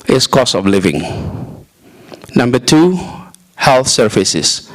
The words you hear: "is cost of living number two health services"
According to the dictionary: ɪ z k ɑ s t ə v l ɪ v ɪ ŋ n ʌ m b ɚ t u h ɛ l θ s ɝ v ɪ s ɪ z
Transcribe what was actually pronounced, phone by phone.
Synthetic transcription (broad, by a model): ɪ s k ɑ s ə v l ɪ v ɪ ŋ n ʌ m b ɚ t u h ɛ l θ s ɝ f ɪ s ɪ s